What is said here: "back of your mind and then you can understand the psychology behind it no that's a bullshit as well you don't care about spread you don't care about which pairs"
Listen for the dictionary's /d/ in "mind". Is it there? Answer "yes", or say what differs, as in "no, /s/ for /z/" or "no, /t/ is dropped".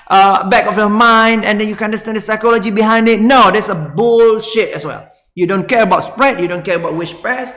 yes